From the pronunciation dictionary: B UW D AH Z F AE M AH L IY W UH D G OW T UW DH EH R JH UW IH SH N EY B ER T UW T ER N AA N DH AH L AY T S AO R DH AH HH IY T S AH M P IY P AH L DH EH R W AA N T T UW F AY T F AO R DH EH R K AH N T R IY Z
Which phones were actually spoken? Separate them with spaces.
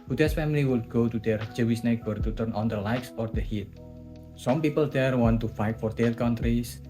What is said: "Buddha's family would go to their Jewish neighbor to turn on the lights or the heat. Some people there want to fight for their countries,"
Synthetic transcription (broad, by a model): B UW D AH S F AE M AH L IY W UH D G OW T UW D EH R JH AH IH S N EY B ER T UW T ER N AA N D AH L AY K S AO R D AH HH IY T S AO M P IY P AH L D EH R W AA N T T UW F AY T F AO R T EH L K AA N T R IY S